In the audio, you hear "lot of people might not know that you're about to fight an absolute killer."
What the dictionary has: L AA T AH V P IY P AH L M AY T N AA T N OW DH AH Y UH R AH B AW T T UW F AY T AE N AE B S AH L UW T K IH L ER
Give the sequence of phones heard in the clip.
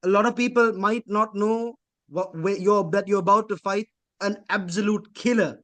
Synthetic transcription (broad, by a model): L AA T AH V P IY P AH L M AY T N AA T N OW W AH Y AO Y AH B AW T T UW F AY T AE N AE B S AH L UW T K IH L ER